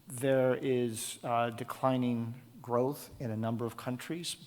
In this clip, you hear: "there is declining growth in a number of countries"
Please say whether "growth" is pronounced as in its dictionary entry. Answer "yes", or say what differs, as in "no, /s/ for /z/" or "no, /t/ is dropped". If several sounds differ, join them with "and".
yes